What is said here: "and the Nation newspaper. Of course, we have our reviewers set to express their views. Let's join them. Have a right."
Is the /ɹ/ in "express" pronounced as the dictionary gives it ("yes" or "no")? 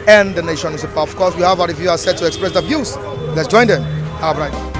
yes